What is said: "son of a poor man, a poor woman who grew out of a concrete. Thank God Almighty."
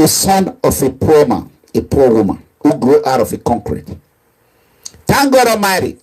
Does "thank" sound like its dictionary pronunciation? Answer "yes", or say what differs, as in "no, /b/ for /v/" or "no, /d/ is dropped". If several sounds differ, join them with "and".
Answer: no, /t/ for /θ/